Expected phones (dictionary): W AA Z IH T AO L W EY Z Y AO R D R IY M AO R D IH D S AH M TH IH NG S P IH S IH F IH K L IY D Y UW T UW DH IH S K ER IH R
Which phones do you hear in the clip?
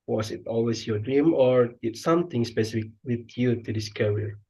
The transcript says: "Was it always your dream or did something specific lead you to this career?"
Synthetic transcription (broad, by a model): W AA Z IH T AO L W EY S Y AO D R IY M AO R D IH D S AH M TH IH NG S P IH S IH F IH K W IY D Y UW T UW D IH S K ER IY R